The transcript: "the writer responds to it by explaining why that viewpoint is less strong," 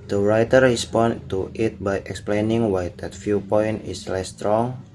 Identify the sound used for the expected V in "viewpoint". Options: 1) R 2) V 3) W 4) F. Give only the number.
4